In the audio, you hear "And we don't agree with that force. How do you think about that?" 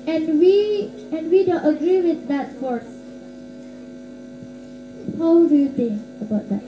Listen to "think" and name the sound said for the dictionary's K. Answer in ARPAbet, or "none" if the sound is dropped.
none